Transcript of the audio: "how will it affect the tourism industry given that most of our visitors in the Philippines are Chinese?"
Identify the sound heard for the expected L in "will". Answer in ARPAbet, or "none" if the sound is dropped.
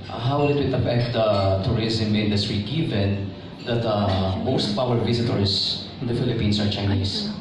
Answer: W